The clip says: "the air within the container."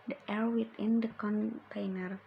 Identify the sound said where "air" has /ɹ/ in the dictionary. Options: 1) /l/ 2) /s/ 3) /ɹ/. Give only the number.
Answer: 3